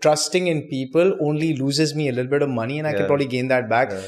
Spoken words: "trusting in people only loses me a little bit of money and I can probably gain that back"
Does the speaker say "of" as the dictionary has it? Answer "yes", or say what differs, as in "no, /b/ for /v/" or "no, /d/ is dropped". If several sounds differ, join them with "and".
yes